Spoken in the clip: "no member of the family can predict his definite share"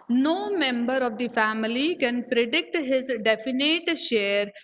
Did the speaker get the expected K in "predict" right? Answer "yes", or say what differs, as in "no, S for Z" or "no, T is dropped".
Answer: yes